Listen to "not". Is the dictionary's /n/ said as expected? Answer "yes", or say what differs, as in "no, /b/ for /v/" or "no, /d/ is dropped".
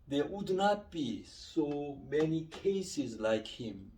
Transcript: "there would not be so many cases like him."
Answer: yes